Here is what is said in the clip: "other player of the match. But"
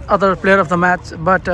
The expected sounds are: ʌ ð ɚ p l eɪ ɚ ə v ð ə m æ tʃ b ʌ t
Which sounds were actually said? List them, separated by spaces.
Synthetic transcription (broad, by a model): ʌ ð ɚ p l eɪ ɚ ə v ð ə m æ tʃ b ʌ t